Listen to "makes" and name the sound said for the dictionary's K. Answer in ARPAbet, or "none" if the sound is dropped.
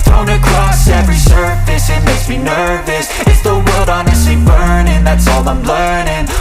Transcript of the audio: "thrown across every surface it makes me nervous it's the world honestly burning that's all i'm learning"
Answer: none